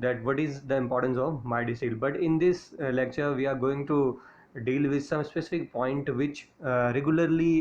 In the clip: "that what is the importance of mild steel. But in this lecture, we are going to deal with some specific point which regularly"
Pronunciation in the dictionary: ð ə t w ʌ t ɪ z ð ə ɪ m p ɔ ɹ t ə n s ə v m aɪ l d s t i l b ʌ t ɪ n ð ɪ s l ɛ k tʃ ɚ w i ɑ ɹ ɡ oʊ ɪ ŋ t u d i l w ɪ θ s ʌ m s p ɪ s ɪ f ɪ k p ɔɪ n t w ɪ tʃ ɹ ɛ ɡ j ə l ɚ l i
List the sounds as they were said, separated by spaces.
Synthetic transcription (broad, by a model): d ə t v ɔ t ɪ z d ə ɪ m p ɔ ɹ t ə n s ə v m aɪ d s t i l b ʌ t ɪ n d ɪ s l ɛ k tʃ ɚ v i ɑ ɹ ɡ oʊ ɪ ŋ t u d i l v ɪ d s ʌ m s p ɪ s ɪ f ɪ k p ɔɪ n t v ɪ tʃ ɹ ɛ ɡ j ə l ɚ l i